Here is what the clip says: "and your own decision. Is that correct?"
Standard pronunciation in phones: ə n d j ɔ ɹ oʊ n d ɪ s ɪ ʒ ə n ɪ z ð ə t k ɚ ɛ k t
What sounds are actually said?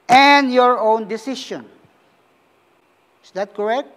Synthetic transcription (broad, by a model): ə n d j ɔ ɹ oʊ n d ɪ s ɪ ʃ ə n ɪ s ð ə t k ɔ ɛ k t